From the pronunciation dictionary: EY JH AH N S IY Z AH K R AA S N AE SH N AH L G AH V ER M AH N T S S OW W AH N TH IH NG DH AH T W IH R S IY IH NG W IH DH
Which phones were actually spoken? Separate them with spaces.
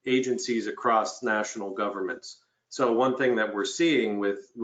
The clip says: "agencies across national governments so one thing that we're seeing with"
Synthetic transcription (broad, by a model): EY JH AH N S IY Z AH K R AA S N AE SH N L G AH V ER M AH N T S S OW W AH N TH IH NG DH AH T W IH R S IY IH NG W IH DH